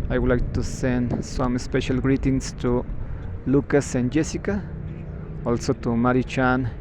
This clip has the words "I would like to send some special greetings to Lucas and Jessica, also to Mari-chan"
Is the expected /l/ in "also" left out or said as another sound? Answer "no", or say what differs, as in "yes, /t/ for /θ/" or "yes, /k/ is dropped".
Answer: no